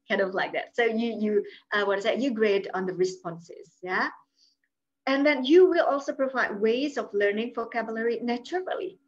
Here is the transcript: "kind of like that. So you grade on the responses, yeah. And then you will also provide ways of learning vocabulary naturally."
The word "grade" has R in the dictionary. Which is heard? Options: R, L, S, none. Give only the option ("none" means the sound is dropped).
R